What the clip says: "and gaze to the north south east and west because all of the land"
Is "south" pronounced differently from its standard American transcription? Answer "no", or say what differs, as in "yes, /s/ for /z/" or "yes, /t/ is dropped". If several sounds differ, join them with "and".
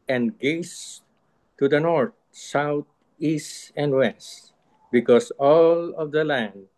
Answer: yes, /t/ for /θ/